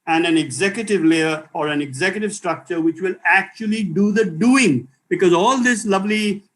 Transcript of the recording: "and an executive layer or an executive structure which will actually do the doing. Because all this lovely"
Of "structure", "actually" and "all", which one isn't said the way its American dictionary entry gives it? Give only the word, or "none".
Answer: none